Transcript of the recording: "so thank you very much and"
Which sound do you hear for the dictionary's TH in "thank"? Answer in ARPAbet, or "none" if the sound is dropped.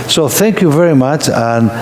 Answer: TH